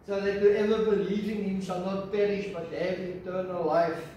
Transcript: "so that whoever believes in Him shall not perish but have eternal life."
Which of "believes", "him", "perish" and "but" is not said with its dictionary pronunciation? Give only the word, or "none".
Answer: believes